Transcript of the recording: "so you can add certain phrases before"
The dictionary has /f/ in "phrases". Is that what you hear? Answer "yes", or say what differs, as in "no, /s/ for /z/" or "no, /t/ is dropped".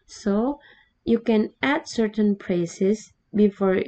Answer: no, /p/ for /f/